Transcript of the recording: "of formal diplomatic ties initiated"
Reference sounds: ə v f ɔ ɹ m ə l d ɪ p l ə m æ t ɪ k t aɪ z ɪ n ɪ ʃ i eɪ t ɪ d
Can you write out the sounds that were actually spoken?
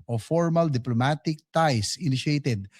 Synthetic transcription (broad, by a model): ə f ɔ ɹ m ə l d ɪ p l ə m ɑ t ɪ k t aɪ s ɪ n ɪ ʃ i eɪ t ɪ d